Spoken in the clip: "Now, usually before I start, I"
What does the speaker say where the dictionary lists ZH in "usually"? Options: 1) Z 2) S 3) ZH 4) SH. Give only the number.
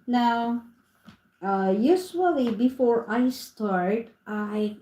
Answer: 2